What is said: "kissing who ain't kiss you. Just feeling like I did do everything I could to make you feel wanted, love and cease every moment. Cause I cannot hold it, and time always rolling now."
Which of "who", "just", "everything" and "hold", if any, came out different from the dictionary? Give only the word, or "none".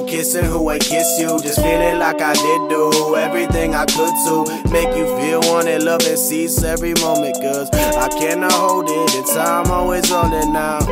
none